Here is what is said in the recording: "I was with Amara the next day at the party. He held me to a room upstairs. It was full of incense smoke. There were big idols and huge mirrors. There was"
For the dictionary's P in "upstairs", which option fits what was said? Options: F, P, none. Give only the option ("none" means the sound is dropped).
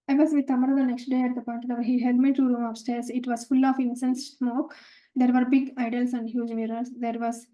F